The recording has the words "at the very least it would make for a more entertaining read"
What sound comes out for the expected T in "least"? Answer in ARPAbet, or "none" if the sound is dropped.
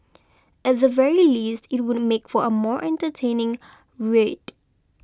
T